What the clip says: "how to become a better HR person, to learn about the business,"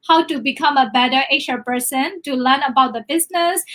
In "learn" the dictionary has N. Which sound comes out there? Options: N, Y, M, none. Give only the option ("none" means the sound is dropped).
N